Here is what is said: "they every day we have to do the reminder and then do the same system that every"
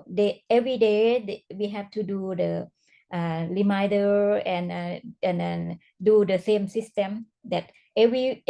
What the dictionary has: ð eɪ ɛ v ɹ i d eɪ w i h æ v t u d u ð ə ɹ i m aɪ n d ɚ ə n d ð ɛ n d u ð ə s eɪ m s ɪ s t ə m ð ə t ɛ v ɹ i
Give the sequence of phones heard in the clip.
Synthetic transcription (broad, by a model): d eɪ ɛ v ɹ i d eɪ w i h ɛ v t u d u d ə l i m aɪ d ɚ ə n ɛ n d u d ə s eɪ m s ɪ s t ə m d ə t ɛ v ɹ i